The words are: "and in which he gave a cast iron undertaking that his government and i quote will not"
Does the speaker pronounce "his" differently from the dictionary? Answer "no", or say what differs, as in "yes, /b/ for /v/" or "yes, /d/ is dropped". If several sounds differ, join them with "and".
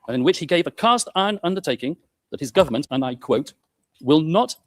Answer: no